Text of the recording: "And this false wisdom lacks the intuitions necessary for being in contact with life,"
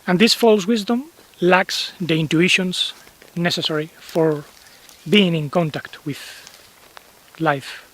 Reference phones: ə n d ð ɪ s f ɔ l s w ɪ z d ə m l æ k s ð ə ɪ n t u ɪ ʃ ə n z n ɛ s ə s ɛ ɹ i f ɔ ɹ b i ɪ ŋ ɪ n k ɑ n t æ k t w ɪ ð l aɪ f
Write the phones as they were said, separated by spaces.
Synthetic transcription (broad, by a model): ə n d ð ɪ s f ɔ l s w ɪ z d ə m l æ k s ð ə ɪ n t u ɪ ʃ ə n s n ɛ s ə s ɛ ɹ i f ɔ ɹ b i ɪ ŋ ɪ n k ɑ n t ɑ k t w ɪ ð l aɪ f